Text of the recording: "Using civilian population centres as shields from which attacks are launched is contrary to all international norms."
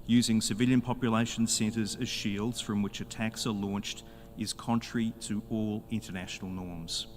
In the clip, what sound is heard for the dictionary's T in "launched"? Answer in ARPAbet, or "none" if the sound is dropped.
T